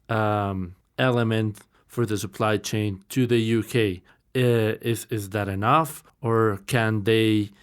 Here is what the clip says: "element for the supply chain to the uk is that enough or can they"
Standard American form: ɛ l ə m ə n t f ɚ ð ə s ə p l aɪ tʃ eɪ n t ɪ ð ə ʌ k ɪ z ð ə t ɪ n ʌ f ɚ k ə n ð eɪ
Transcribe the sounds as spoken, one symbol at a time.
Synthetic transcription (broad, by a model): ɛ l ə m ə n t f ɚ ð ə s ə p l aɪ tʃ eɪ n t ɪ ð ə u k ɪ z ð ə t ɪ n ʌ f ɚ k ə n ð eɪ